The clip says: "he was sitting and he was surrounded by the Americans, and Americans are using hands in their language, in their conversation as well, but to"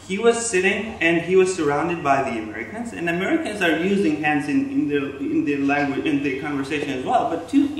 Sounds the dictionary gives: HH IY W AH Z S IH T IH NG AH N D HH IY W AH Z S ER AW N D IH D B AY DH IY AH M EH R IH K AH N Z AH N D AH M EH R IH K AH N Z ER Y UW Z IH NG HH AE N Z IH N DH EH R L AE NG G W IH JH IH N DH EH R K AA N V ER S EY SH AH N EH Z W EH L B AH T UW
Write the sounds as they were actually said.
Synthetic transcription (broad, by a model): HH IY W AH Z S IH T IH NG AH N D IY W AH Z S ER AW N D IH D B AY DH IY AH M EH R IH K AH N Z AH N AH M EH R IH K AH N Z ER Y UW Z IH NG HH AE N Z IH N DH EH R L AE NG G W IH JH IH N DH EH R K AA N V ER S EY SH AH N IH Z W EH L B AH T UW